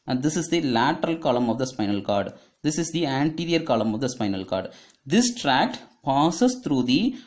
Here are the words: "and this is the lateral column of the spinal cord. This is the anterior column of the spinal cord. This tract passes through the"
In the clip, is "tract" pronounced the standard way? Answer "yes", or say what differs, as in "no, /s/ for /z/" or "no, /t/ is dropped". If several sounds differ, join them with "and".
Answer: yes